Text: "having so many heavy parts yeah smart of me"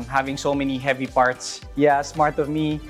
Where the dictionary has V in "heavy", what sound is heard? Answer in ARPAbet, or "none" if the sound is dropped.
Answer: V